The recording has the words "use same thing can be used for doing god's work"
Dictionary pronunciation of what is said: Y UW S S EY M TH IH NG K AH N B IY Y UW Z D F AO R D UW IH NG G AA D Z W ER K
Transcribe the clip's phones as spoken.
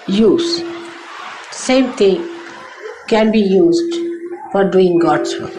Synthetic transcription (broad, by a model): Y UW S S EY M T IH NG K AH N B IY Y UW Z D F AO R D UW IH NG G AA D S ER